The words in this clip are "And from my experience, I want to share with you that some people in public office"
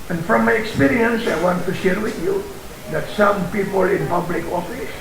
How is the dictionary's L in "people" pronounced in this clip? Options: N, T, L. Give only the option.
L